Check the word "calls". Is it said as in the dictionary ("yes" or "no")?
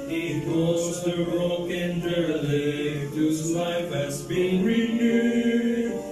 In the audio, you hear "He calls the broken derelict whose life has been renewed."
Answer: no